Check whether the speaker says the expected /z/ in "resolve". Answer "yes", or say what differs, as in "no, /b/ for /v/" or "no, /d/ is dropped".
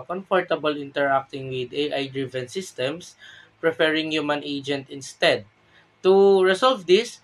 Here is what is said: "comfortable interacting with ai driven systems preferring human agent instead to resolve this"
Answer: no, /s/ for /z/